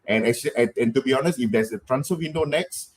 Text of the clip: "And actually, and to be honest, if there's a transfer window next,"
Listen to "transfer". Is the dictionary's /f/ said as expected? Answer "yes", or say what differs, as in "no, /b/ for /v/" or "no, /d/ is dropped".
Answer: no, /f/ is dropped